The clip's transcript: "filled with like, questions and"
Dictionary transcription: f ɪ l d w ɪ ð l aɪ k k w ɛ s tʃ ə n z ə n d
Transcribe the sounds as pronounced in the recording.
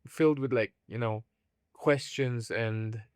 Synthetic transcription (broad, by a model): f ɪ l d w ɪ ð l aɪ k k w ɛ s tʃ ə n z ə n